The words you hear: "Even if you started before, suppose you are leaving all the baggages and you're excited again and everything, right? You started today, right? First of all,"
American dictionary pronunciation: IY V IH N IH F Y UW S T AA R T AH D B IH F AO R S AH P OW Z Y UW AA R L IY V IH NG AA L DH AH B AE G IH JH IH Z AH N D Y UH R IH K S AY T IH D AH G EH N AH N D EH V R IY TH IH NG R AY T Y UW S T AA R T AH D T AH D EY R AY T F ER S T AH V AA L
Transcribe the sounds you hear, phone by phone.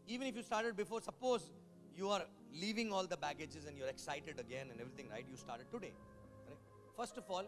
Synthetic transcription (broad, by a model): IY V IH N IH F Y UW S T AA R T AH D B IH F AO R S AH P OW Z Y UW AA R L IY V IH NG AA L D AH B AE G IH JH IH Z AH N D Y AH R IH K S AY T IH D AH G EH N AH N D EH V R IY T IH NG R AY T Y UW S T AA R T AH D T AH D EY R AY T F ER S T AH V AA L